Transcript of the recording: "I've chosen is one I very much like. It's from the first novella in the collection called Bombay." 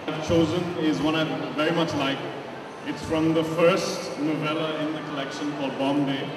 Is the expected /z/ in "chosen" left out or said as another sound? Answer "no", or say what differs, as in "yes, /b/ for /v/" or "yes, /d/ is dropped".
no